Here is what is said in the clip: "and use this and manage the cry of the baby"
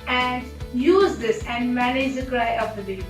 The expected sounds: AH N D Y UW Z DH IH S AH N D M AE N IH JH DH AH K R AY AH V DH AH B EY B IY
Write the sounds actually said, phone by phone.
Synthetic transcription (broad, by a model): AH N D Y UW Z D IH S AH N D M AE N IH JH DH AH K R AY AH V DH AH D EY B